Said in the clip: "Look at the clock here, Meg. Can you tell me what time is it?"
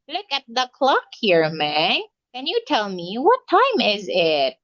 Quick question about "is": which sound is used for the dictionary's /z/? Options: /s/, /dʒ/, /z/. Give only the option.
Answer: /z/